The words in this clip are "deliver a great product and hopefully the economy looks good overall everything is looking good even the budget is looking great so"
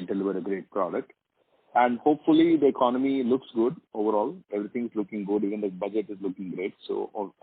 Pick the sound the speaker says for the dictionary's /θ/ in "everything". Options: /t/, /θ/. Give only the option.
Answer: /t/